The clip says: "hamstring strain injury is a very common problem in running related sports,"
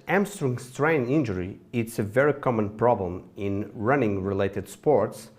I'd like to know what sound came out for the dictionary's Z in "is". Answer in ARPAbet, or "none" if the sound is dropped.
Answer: S